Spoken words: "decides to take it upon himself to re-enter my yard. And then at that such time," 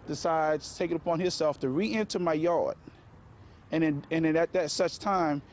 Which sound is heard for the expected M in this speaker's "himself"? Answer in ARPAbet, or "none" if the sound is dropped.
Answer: none